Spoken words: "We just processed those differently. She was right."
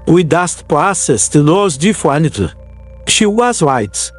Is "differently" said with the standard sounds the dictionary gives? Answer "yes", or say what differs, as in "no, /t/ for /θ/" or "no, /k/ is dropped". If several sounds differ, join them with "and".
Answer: no, /w/ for /ɹ/ and /l/ is dropped